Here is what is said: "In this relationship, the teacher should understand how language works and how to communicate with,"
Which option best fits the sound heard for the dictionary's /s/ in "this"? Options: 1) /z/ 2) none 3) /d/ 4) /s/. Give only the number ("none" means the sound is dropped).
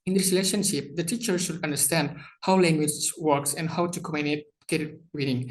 2